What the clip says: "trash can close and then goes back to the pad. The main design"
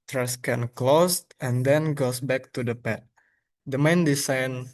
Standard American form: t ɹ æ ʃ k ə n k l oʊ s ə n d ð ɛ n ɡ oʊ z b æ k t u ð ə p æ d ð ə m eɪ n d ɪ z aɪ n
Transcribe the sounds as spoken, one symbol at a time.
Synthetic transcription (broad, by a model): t ɹ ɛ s k ə n k l oʊ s ə n d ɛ n ɡ oʊ s b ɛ k t u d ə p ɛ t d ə m eɪ n d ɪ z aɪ n